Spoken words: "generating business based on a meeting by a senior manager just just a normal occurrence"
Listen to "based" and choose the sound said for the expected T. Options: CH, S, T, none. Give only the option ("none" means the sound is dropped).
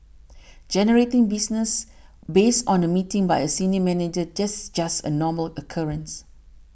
T